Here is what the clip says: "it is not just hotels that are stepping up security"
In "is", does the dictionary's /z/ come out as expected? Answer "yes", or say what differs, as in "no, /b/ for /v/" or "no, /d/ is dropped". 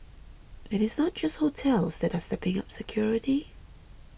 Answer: yes